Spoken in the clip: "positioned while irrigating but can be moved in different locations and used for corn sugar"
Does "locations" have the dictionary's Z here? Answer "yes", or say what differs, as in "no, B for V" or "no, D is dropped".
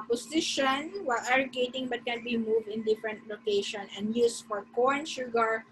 no, Z is dropped